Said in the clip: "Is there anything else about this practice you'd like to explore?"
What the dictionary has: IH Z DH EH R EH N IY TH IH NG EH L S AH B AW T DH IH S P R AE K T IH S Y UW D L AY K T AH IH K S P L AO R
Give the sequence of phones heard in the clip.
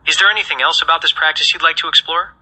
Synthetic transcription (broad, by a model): IH Z DH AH R EH N IY TH IH NG EH L S AH B AW T DH IH S P R AE K T IH S Y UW D L AY K T AH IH K S P L AO R